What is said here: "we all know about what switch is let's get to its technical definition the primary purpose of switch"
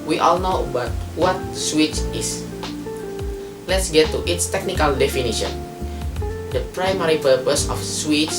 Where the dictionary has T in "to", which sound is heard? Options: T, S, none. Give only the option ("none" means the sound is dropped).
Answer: T